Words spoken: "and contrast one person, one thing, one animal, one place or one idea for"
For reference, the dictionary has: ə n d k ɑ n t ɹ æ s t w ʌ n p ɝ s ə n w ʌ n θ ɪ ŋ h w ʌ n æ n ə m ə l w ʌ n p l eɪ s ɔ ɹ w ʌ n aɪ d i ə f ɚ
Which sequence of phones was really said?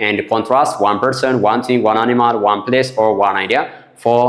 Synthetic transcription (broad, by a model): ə n d k ɑ n t ɹ æ s t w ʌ n p ɝ s ə n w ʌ n t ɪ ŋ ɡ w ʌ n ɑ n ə m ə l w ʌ n p l eɪ s ɔ ɹ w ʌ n aɪ d i ə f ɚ